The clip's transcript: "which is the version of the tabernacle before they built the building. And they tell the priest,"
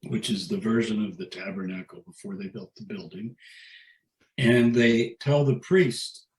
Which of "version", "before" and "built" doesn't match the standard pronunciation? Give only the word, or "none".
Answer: none